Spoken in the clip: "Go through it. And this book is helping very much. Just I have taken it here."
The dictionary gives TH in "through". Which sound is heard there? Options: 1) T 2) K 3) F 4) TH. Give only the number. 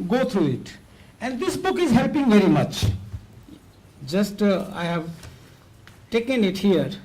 1